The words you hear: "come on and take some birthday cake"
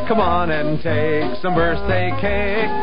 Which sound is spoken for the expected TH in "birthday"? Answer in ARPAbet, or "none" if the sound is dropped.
S